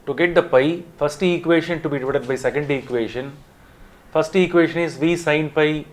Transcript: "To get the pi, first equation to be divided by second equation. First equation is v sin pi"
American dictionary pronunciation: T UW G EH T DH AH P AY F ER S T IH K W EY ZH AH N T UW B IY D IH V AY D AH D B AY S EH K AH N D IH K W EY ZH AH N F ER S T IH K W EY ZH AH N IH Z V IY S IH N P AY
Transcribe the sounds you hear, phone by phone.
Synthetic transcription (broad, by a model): T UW G EH T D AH P AY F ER S T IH K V EY SH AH N T UW B IY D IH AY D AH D B AY S EH K AH N D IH K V EY SH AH N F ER S T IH K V EY SH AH N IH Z V IY S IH N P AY